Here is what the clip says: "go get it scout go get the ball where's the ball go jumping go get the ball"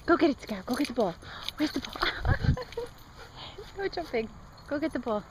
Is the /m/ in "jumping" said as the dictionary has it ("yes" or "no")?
no